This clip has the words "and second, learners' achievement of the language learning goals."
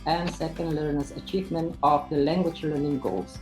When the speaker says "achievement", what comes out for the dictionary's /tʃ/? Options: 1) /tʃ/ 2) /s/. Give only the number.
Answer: 1